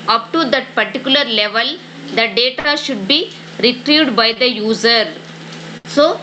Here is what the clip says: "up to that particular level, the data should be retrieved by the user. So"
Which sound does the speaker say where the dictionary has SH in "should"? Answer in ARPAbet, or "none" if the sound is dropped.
SH